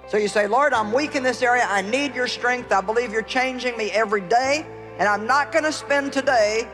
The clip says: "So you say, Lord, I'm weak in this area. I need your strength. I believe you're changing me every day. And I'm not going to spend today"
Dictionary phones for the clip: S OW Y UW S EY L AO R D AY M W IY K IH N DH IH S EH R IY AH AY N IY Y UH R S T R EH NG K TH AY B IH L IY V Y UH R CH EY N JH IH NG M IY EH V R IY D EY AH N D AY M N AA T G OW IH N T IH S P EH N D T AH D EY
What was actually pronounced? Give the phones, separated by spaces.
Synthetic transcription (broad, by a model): S OW Y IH S EY L AO R D AY M W IY K IH N DH IH S EH R IY AH AY N IY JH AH R S T R EH NG K TH AY B IH L IY V Y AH R CH EY N JH IH NG M IY EH V R IY D EY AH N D AY M N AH T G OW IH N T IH S P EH N T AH D EY